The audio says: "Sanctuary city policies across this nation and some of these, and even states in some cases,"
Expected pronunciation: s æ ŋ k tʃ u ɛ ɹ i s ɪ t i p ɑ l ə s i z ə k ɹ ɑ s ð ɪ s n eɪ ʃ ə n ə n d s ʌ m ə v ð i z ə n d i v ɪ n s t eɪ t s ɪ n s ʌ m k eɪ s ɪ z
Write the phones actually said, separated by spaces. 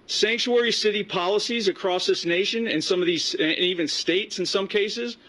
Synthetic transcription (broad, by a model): s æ ŋ k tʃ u ɛ ɹ i s ɪ t i p ɑ l ə s i z ə k ɹ ɑ s ð ɪ s n eɪ ʃ ə n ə n s ʌ m ə v ð i z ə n i v ɪ n s t eɪ t s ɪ n s ʌ m k eɪ s ɪ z